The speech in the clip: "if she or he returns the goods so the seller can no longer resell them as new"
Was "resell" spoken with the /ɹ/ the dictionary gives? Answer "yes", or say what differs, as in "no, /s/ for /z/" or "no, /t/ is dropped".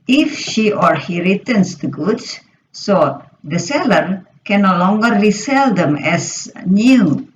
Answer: no, /l/ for /ɹ/